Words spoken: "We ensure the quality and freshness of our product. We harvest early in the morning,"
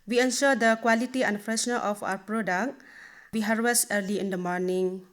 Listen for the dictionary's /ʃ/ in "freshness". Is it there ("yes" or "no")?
no